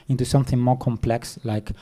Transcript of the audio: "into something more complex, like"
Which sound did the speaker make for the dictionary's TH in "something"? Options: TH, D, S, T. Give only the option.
TH